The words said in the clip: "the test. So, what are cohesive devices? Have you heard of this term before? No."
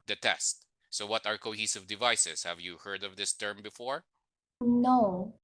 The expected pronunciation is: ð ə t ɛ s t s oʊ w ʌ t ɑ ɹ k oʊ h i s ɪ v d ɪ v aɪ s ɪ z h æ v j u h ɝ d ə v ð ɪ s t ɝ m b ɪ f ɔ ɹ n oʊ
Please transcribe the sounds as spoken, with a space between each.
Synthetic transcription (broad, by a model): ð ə t ɛ s t s oʊ w ʌ t ɑ ɹ k oʊ h i s ɪ v d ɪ v aɪ s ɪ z h æ v j u h ɝ d ə v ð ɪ s t ɝ m b ɪ f ɔ ɹ n oʊ